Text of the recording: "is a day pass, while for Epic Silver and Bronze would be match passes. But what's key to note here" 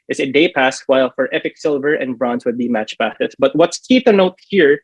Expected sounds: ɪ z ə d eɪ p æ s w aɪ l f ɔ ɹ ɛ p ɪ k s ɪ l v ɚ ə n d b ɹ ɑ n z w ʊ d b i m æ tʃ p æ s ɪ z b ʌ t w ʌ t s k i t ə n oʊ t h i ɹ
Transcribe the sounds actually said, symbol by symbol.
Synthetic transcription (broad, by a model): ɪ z ə d eɪ p æ s w aɪ l f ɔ ɹ ɛ p ɪ k s ɪ l v ɚ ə n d b ɹ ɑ n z w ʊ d b i m æ tʃ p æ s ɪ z b ʌ t w ʌ t s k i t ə n oʊ t h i ɹ